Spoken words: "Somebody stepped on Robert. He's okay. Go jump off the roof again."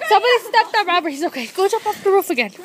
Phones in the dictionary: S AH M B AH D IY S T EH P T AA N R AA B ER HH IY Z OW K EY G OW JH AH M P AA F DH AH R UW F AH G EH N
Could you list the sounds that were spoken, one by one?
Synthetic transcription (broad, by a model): S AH M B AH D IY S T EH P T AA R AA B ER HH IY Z OW K EY G OW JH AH P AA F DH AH R UW F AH G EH N